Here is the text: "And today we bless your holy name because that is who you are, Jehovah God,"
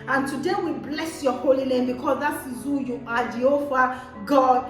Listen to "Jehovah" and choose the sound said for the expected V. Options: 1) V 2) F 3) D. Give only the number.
2